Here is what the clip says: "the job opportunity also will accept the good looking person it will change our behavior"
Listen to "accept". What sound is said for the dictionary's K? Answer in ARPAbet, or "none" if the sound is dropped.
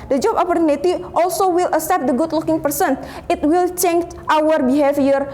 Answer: none